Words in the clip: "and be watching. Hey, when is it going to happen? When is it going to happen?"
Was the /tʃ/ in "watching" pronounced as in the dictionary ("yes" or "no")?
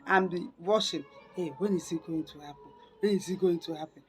no